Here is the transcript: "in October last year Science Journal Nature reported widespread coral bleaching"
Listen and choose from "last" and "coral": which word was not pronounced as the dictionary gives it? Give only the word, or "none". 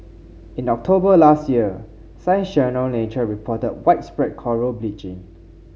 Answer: none